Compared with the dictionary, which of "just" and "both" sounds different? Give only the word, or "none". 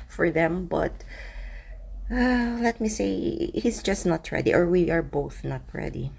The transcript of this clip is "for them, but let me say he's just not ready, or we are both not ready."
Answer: none